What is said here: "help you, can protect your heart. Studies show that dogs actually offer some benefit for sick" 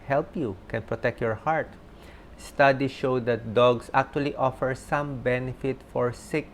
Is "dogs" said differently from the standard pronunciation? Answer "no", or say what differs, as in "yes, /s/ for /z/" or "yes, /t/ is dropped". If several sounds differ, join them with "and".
yes, /s/ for /z/